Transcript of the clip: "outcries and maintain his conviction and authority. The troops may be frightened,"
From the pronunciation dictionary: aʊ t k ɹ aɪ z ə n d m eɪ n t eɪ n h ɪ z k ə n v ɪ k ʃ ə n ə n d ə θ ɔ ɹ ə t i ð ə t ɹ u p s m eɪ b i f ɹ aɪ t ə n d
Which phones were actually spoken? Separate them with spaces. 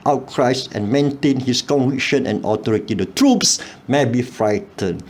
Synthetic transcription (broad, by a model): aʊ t k ɹ aɪ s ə n m eɪ n t eɪ n h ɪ s k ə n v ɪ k ʃ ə n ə n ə t ɔ ɹ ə t i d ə t ɹ u p s m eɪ b i f ɹ aɪ t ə n